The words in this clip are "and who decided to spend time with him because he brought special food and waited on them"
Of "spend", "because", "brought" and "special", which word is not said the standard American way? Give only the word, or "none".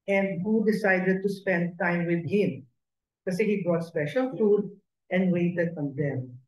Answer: because